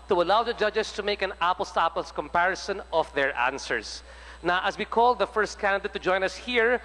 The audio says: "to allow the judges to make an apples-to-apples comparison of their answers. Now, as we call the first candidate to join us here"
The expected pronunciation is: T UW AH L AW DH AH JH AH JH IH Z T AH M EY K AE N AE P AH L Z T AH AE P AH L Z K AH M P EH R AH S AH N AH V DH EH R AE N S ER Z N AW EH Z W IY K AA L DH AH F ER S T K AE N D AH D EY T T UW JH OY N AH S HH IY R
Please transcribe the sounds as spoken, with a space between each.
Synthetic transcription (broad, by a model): T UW AH L AW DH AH JH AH JH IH S T AH M EY K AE N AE P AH L S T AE P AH L S K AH M P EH R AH S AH N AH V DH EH R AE N S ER S N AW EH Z W IY K AA L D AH F ER S T K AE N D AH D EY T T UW JH OY N AH S HH IY R